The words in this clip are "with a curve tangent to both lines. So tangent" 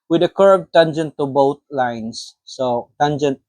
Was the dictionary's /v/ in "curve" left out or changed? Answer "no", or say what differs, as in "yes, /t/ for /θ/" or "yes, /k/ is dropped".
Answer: yes, /b/ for /v/